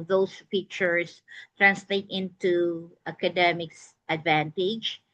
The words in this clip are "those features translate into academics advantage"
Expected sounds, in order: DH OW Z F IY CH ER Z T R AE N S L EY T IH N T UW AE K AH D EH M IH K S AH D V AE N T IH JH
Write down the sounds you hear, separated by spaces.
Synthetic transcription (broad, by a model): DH OW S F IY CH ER S T R AE N S L EY T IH N T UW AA K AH D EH M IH K S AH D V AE N T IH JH